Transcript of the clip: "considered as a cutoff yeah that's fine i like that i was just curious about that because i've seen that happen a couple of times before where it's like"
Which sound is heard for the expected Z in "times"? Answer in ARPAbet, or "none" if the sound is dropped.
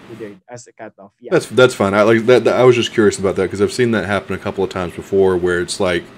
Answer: Z